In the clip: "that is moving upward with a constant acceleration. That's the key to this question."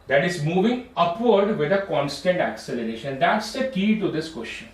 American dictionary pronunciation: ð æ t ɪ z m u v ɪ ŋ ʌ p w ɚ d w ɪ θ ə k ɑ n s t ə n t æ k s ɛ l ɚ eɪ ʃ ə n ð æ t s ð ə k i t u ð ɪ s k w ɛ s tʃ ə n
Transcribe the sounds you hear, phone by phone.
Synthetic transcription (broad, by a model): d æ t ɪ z m u v ɪ ŋ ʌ p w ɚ d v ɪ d ə k ɑ n s t ə n t æ k s ɛ l ɚ eɪ ʃ ə n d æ t s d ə k i t u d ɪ s k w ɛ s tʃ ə n